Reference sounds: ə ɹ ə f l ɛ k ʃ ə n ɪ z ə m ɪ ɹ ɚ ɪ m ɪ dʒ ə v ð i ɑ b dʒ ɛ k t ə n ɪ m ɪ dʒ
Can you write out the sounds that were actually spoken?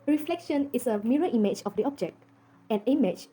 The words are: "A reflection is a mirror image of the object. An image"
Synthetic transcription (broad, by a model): ɹ ə f l ɛ k ʃ ə n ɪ s ə m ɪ ɹ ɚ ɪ m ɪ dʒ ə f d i ɑ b dʒ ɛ k t ə n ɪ m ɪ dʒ